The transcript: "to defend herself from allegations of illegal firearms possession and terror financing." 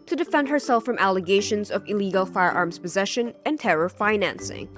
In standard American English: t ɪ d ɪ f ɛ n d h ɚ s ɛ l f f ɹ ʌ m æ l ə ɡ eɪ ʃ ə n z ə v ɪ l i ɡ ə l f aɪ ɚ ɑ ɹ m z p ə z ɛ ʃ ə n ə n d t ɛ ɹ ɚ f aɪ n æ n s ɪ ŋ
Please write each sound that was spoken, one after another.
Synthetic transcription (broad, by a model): t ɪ d ɪ f ɛ n d h ɚ s ɛ l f f ɹ ʌ m æ l ə ɡ eɪ ʃ ə n z ə v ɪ l i ɡ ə l f aɪ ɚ ɑ ɹ m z p ə z ɛ ʃ ə n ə n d t ɛ ɹ ɚ f aɪ n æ n s ɪ ŋ